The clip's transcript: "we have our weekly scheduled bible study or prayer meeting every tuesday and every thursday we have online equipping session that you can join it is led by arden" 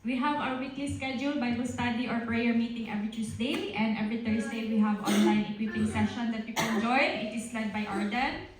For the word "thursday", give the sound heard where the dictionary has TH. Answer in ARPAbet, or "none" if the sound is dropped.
T